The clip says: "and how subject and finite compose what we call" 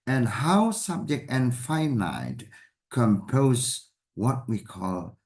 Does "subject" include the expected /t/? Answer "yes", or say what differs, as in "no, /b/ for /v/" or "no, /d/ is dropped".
yes